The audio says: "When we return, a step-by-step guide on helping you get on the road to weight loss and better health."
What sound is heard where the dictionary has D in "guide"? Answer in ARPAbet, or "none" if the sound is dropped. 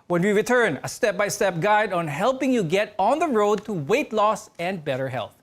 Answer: D